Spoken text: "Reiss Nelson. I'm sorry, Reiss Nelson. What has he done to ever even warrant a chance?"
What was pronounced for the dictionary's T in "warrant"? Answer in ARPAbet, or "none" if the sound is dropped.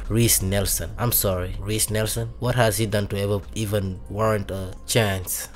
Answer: T